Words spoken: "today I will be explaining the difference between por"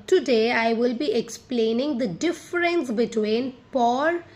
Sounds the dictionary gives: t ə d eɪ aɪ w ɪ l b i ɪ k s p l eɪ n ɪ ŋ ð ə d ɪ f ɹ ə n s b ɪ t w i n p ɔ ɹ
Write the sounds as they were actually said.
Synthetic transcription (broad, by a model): t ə d eɪ aɪ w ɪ l b i ɪ k s p l eɪ n ɪ ŋ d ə d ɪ f ɹ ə n s b ɪ t w i n p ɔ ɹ